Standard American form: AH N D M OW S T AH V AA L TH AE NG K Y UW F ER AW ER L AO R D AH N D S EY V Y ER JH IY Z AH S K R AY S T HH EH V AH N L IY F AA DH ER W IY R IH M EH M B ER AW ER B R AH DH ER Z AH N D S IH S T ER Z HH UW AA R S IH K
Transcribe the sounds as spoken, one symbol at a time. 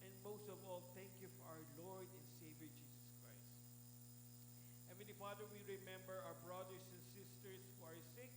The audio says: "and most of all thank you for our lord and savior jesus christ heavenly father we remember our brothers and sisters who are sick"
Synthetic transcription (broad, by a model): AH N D M OW S T AH V AA L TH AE NG K Y UW F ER AW ER L AO R D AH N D S EY V Y ER JH IY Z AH S K R AY S T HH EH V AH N IY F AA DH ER W IY R IH M EH M B ER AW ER B R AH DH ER S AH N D S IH S T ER S HH UW AA R S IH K